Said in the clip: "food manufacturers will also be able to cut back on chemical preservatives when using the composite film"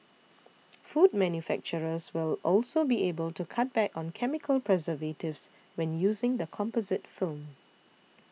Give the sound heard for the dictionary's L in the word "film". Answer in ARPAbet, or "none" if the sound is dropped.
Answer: L